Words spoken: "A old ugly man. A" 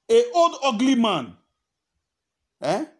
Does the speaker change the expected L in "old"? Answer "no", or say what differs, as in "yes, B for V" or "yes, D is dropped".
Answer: yes, L is dropped